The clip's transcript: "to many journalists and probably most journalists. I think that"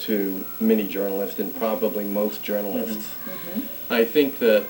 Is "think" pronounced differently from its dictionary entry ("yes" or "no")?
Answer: no